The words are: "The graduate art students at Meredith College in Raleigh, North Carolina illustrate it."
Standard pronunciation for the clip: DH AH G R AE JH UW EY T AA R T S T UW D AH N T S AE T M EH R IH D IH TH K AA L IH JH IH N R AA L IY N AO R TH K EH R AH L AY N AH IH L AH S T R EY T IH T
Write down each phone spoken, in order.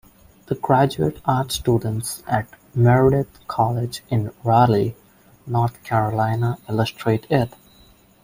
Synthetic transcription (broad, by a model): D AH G R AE JH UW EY T AA R T S T UW D AH N T S AE T M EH R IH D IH T K AA L IH JH IH N R AA L IY N AO R T K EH R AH L AY N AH IH L AH S T R EY T IH T